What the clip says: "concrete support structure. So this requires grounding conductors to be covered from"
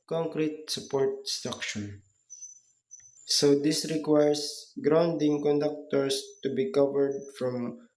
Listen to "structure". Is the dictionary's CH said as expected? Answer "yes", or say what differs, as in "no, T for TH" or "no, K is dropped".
no, SH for CH